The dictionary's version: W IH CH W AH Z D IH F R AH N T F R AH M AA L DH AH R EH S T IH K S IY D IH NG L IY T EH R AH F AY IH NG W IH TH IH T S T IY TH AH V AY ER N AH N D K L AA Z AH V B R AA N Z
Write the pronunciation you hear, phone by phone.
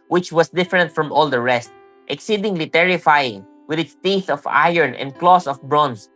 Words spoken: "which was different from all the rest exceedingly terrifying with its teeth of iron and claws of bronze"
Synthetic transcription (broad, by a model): W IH CH W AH S D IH F R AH N T F R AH M AA L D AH R EH S T IH K S IY D IH NG L IY T EH R AH F AY IH NG W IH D IH T S T IY TH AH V AY ER N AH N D K L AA S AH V B R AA N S